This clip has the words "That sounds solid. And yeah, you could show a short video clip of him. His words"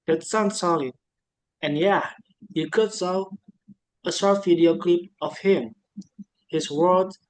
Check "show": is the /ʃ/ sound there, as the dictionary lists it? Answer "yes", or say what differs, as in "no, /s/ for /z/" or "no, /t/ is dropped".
no, /s/ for /ʃ/